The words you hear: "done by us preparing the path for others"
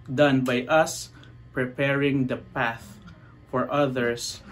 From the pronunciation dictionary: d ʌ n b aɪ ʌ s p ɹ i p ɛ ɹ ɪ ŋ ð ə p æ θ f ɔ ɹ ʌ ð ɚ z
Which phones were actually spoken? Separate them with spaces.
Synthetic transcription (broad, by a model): d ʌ n b aɪ ʌ s p ɹ i p ɛ ɹ ɪ ŋ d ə p æ θ f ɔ ɹ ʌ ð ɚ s